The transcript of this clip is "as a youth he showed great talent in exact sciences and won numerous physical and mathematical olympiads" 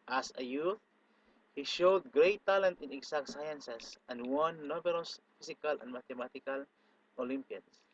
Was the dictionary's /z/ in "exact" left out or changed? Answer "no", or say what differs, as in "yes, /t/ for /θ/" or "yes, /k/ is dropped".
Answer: yes, /s/ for /z/